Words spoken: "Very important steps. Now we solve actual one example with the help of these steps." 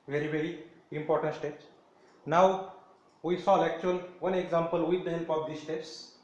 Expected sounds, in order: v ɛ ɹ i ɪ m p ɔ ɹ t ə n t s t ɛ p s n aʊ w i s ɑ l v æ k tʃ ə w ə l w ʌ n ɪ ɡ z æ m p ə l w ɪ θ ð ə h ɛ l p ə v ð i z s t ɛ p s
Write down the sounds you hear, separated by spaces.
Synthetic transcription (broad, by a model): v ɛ ɹ i ɪ m p ɔ ɹ t ə n t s t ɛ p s n aʊ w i s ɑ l æ k tʃ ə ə l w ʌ n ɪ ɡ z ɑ m p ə l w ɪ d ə h ɛ l p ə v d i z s t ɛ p s